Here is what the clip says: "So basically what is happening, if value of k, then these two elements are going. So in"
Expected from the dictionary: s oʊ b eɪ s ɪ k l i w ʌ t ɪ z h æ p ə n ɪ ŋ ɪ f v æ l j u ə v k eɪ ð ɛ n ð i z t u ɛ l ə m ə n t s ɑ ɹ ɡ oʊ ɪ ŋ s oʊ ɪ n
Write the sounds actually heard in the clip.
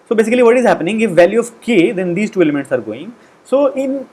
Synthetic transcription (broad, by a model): s oʊ b eɪ s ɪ k l i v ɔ t ɪ z h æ p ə n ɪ ŋ ɪ f v æ l j u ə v k eɪ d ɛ n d i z t u ɛ l ə m ə n t s ɑ ɹ ɡ oʊ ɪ ŋ s oʊ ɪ n